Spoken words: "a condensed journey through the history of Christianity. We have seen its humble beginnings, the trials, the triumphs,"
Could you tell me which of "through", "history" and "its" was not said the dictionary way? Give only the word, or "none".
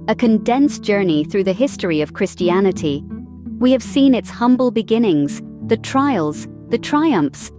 none